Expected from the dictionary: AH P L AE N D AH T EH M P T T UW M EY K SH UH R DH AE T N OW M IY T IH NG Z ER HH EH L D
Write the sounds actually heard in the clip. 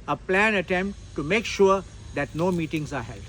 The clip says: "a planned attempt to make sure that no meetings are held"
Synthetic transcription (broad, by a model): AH P L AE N AH T EH M P T T UW M EY K SH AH R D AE T N OW M IY T IH NG Z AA HH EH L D